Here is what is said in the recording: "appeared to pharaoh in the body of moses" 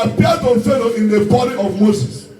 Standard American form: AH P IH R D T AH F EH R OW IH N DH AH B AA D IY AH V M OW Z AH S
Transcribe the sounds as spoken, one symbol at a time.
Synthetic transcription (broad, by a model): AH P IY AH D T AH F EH L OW IH N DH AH B AA D IY AH V M OW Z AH S